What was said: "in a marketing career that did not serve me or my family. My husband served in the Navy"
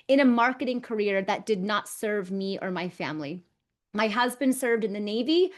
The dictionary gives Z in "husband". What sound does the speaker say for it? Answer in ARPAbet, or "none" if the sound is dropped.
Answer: Z